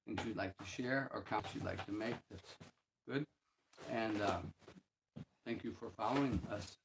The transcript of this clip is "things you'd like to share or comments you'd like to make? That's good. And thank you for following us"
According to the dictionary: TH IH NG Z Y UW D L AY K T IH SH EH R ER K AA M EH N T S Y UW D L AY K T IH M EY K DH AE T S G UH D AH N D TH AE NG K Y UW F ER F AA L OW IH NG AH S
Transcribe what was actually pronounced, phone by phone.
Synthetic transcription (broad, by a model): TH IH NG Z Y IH D L AY K T IH SH EH R ER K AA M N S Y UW D L AY K T IH M EY K DH AE T S G UH D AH N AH TH AE NG K Y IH F ER F AA L OW IH NG AH S